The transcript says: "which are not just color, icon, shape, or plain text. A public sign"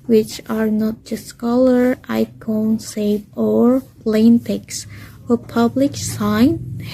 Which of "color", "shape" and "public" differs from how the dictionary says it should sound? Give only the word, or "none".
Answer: shape